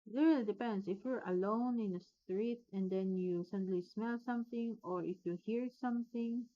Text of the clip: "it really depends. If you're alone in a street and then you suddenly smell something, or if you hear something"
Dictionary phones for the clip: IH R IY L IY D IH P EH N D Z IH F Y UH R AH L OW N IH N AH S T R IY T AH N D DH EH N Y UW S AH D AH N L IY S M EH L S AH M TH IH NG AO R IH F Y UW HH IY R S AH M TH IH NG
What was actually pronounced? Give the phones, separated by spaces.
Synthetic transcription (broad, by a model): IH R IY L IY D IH P EH N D S IH F Y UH R AH L OW N IH N AH S T R IY T AH N D EH N Y UW S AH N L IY S M EH L S AH M TH IH NG AO R IH F Y UW HH IY R S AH M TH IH NG